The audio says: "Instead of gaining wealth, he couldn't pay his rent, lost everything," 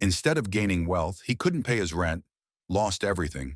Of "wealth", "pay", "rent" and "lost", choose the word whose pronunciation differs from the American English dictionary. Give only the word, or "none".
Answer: none